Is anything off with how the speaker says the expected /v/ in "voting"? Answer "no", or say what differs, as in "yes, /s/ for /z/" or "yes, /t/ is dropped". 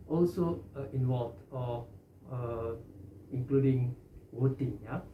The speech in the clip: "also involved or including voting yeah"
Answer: yes, /w/ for /v/